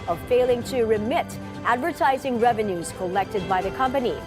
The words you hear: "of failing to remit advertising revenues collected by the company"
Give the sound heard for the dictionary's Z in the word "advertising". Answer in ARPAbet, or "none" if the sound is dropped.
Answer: Z